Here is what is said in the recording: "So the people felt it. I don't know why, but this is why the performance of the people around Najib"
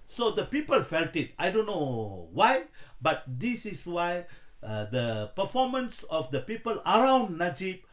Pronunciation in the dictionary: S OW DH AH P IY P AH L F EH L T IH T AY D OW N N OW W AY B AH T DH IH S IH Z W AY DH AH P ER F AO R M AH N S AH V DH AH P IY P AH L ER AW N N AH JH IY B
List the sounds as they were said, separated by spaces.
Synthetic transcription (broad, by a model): S OW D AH P IY P AH L F EH L T IH T AY D OW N N OW W AY B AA T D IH S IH S W AY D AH P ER F AO M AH N S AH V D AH P IY P AH L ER AW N N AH JH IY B